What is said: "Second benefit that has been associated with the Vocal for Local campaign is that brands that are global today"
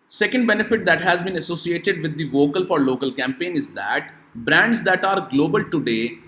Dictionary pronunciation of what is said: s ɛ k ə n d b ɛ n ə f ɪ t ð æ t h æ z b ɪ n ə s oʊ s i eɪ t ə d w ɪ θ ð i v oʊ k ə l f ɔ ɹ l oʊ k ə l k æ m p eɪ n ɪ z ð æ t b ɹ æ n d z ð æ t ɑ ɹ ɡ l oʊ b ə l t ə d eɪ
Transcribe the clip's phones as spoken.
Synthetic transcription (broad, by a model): s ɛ k ə n d b ɛ n ə f ɪ t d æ t h æ z b ɪ n ə s oʊ s i eɪ t ə d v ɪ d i v oʊ k ə l f ɔ ɹ l oʊ k ə l k æ m p eɪ n ɪ z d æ t b ɹ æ n d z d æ t ɑ ɹ ɡ l oʊ b ə l t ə d eɪ